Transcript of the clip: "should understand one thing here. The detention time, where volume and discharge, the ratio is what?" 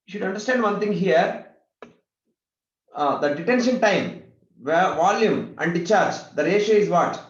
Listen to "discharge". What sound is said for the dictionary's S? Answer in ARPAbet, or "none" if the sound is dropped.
none